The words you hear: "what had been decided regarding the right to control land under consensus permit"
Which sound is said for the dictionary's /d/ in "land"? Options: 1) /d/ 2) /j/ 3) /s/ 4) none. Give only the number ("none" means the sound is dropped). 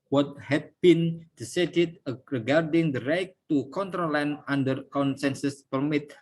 4